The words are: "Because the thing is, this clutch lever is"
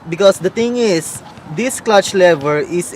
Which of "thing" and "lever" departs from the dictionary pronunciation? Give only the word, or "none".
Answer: thing